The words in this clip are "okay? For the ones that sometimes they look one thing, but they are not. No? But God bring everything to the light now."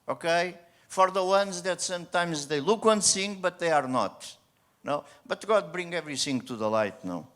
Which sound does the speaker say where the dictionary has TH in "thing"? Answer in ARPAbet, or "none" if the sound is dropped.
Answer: S